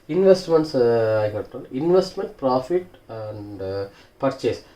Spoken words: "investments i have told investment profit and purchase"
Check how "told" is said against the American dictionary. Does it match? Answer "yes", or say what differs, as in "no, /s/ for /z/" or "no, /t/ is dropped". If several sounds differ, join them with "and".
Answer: no, /d/ is dropped